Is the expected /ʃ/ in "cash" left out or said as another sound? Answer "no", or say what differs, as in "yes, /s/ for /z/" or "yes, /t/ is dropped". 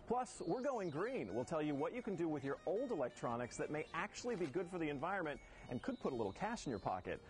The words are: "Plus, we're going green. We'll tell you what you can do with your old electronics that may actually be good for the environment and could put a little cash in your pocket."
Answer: no